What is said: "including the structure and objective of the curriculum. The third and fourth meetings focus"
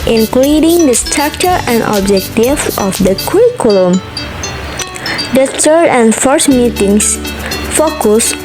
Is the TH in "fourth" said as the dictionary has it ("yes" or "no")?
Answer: no